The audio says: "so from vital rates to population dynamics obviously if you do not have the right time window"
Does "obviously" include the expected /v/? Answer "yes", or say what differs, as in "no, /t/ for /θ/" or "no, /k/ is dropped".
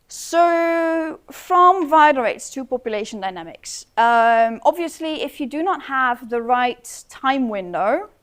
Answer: yes